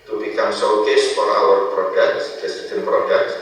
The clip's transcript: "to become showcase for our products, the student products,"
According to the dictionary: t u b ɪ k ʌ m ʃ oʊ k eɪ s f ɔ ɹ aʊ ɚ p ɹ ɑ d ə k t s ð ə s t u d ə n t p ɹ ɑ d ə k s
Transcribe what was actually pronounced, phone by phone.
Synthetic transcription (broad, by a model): t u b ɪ k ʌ m s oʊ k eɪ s f ɔ ɹ aʊ ɚ p ɹ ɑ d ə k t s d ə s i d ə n p ɹ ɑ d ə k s